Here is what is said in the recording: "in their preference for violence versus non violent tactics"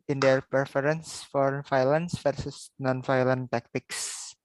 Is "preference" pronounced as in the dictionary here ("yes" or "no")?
no